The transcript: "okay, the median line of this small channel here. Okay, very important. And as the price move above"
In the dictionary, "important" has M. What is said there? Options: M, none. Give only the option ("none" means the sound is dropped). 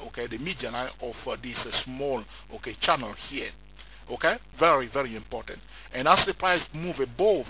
M